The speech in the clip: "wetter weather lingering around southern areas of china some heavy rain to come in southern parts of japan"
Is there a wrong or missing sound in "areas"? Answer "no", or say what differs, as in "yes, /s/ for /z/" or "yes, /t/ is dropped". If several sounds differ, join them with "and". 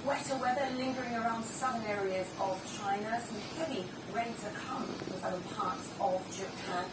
no